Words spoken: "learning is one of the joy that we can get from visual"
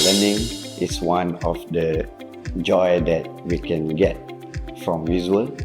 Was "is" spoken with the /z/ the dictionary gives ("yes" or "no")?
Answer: no